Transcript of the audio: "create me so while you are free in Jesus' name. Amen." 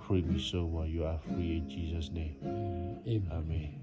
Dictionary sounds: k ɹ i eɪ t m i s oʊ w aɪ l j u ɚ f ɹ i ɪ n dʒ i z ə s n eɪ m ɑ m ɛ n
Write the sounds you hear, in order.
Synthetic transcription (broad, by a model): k ɹ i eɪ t m i s oʊ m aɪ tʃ j u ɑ f ɹ i ɪ n dʒ i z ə s n eɪ m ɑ m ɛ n